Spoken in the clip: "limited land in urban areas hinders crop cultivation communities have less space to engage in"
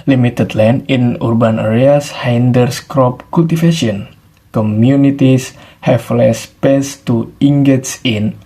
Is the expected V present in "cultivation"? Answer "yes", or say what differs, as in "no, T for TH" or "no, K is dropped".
no, F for V